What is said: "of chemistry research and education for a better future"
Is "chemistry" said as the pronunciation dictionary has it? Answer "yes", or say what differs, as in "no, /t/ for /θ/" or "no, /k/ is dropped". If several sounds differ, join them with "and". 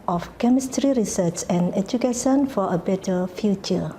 yes